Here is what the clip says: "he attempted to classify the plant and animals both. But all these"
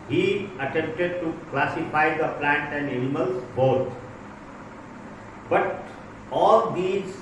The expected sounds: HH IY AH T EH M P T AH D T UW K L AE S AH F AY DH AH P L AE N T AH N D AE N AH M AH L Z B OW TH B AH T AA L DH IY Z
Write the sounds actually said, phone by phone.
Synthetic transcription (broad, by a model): HH IY AH T EH M P T AH D T UW K L AE S AH F AY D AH P L AE N T AH N D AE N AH M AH L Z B OW T B AH T AA L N IY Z